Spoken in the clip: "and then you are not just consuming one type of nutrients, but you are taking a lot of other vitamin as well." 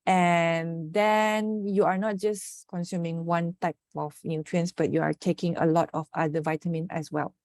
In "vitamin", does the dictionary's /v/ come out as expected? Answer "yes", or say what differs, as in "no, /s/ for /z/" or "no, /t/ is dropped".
yes